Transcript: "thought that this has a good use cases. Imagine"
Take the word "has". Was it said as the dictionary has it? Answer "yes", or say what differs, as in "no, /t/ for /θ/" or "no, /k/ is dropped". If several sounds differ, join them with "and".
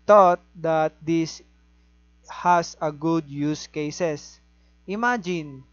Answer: no, /s/ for /z/